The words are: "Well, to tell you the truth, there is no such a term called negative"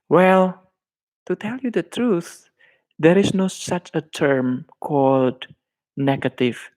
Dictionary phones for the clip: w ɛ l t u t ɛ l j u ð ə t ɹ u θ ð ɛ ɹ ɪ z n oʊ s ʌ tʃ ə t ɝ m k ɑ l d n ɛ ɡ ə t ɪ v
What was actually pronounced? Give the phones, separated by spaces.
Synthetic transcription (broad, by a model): w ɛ l t u t ɛ l j u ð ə t ɹ u θ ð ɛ ɹ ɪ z n oʊ s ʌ tʃ ə t ɝ m k ɑ l d n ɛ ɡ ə t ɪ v